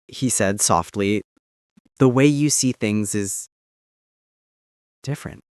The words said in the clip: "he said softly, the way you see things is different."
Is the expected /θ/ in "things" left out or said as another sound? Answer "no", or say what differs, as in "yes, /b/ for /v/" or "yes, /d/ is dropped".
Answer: no